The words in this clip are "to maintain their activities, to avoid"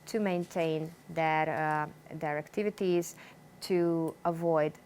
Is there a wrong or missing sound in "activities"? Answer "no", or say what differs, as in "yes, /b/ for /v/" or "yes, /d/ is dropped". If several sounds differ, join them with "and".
no